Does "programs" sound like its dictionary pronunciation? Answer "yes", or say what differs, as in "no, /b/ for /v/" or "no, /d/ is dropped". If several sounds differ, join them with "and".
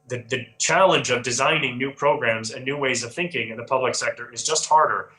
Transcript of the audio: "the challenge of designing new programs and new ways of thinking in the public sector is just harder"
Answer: yes